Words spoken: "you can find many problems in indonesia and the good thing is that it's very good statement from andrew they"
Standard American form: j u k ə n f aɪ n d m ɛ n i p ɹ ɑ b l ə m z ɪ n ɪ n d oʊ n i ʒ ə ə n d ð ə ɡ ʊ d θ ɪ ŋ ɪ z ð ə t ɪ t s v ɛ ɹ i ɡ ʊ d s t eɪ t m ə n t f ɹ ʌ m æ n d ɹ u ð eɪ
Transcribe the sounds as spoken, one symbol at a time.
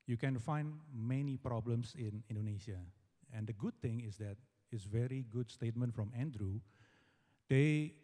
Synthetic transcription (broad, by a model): j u k ə n f aɪ n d m ɛ n i p ɹ ɑ b l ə m s ɪ n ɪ n d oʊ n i ʃ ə ə n d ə ɡ ʊ d t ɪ ŋ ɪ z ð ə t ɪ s v ɛ ɹ i ɡ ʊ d s t eɪ t m ə n t f ɹ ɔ m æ n d ɹ u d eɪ